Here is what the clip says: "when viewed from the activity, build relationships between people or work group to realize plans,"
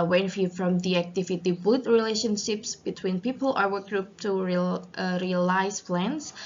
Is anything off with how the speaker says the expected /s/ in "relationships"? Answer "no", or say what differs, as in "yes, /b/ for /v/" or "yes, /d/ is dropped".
no